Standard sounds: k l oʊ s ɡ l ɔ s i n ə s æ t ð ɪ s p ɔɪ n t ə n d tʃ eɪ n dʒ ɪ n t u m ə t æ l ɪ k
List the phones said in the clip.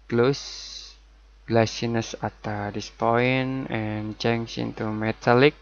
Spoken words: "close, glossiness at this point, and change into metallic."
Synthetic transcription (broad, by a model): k l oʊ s l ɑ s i n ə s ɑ t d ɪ s p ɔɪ n ə n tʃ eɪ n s ɪ n t u m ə t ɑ l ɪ k